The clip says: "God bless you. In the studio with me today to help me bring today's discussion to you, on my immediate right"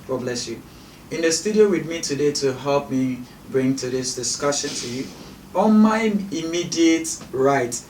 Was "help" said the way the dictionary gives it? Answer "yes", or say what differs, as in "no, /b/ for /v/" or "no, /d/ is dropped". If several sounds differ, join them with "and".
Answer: yes